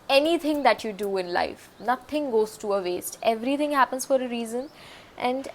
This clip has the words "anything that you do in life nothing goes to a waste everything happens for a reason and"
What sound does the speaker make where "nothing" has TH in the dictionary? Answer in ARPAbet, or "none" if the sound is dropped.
T